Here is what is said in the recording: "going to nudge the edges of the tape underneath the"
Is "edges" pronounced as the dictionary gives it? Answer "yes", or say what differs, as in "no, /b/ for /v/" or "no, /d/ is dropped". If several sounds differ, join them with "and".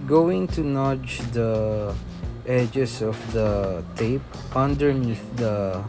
no, /s/ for /z/